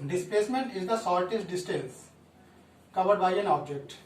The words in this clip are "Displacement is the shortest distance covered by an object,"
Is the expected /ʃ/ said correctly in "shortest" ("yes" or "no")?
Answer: no